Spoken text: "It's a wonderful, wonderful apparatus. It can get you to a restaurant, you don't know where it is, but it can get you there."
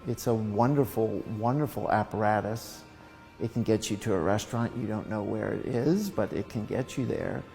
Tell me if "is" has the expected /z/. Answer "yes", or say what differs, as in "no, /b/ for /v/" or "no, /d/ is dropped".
yes